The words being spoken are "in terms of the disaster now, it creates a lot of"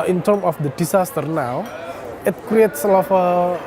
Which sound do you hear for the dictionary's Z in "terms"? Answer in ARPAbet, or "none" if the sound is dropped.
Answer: none